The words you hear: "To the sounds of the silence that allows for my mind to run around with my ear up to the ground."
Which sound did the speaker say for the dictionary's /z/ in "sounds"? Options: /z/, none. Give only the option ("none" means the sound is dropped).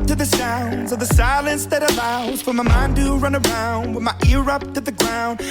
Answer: /z/